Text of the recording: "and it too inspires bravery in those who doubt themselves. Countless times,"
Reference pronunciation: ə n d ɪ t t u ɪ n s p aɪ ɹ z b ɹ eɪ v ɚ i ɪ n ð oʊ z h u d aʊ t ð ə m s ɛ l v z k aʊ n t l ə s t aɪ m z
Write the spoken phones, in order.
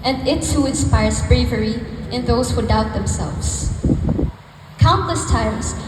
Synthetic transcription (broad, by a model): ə n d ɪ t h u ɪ n s p aɪ ɹ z b ɹ eɪ v ɚ i ɪ n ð oʊ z h u d aʊ t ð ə m s ɛ l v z k aʊ n t l ə s t aɪ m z